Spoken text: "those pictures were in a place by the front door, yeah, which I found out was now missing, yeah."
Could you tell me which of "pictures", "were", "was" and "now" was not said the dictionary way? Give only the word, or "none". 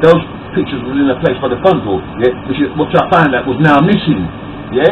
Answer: none